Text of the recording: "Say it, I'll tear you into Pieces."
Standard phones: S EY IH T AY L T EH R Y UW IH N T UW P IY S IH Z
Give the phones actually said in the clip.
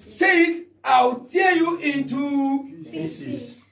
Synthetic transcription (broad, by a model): S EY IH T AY W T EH Y UW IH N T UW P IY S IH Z